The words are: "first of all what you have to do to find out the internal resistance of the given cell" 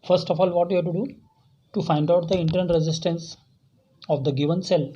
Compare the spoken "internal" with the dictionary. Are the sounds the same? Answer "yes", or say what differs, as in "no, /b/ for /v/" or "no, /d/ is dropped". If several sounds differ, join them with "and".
no, /n/ is dropped and /n/ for /l/